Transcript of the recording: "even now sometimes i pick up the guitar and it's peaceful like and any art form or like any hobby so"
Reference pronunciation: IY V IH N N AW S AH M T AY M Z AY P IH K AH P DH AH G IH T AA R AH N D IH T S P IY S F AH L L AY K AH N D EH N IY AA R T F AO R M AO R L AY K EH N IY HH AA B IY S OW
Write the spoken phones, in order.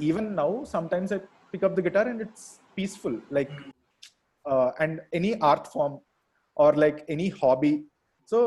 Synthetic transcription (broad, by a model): IY V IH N N AW S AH M T AY M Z AY P IH K AH P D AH G IH T AA R AH N D IH T S P IY S F AH L L AY K AH N D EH N IY AA R T F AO R M AO R L AY K EH N IY HH AA B IY S OW